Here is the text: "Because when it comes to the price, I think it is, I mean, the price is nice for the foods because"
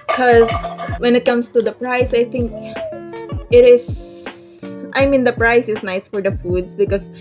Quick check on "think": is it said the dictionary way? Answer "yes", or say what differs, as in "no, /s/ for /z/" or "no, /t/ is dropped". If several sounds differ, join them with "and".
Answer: no, /t/ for /θ/